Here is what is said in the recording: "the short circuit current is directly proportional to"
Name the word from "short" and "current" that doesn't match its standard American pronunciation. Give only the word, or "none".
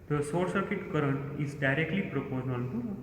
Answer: short